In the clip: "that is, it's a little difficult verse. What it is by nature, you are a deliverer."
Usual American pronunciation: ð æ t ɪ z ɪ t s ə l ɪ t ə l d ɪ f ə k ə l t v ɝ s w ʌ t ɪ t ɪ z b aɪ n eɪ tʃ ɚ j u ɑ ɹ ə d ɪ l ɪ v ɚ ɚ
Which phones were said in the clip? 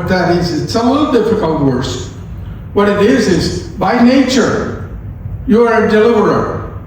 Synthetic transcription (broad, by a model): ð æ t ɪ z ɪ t s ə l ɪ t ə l d ɪ f ə k ə l t w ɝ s w ʌ t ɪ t ɪ z b aɪ n eɪ tʃ ɚ j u ɑ ɹ ə d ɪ l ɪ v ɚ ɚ